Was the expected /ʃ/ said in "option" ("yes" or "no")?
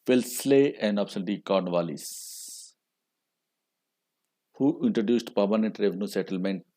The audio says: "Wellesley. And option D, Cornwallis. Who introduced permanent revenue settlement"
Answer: no